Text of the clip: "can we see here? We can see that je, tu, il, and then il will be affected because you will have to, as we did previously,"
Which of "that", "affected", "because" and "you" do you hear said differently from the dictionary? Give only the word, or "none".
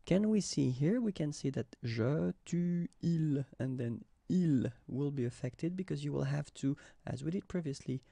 none